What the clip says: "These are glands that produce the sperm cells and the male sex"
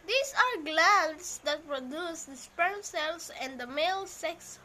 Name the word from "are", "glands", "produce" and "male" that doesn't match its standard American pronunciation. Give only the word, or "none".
glands